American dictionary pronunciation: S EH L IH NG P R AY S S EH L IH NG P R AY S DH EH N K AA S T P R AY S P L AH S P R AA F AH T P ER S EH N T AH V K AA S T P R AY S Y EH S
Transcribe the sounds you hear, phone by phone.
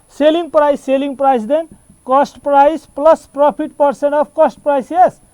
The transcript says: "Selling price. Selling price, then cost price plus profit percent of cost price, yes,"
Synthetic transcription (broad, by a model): S EH L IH NG P R AY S S EH L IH NG P R AY S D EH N K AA S T P R AY S P L AH S P R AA P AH T P ER S EH N T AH B K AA S T P R AY S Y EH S